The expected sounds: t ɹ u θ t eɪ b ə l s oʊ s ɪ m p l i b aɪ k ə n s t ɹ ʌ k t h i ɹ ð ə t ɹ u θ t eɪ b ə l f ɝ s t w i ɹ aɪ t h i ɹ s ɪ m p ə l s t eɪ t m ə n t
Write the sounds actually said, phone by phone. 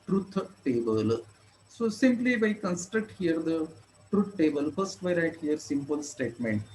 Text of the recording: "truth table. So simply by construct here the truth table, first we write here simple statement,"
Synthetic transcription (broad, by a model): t ɹ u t t eɪ b ə l s oʊ s ɪ m p l i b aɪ k ə n s t ɹ ʌ k t h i ɹ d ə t ɹ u t t eɪ b ə l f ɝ s t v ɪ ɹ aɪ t h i ɹ s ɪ m p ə l s t eɪ t m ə n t